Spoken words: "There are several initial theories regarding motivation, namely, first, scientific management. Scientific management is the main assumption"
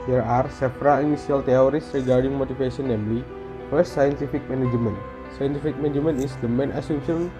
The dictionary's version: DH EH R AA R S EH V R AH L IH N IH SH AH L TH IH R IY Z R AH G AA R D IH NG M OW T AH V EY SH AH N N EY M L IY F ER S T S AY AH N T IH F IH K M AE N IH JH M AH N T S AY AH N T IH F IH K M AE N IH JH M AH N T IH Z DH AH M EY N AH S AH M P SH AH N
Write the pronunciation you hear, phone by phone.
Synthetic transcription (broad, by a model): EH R AA R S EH F R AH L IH N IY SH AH L T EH R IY S R AH G AA R D IH NG M OW T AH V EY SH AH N N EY M L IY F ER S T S AY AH N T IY F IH K M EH N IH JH M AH N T S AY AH N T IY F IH K M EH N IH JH M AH N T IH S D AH M EY N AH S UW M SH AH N